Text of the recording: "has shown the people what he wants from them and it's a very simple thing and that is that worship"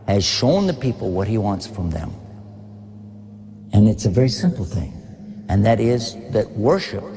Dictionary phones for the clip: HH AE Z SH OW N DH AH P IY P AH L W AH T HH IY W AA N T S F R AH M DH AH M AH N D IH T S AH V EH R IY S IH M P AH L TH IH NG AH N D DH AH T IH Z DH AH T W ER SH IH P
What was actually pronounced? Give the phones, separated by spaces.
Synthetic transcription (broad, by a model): HH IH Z SH OW N DH AH P IY P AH L W AH T HH IY W AA N T S F R AH M DH AH M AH N IH T S AH V EH R IY S IH M P L TH IH NG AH N DH AH T IH Z DH AH T W ER SH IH P